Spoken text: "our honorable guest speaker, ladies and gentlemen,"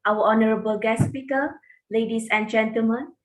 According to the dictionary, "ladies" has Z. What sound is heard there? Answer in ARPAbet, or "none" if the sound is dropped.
S